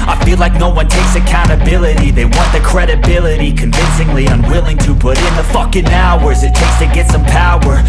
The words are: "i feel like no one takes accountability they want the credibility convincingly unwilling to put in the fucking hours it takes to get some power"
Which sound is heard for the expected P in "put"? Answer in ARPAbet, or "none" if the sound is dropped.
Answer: B